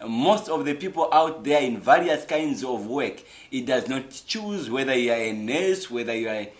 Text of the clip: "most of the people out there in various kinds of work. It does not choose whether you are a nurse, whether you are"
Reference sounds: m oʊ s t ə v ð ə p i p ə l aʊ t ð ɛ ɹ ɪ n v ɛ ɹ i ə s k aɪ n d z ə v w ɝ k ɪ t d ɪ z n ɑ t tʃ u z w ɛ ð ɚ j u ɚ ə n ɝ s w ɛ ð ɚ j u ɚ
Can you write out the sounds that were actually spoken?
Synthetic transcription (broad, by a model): m oʊ s t ə v ð ə p i p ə l aʊ t ð ɛ ɹ ɪ n v ɛ ɹ i ə s k aɪ n d z ə v w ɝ k ɪ t d ɪ z n ɑ t tʃ u z w ɛ ð ɚ j u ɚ ə n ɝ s w ɛ ð ɚ j u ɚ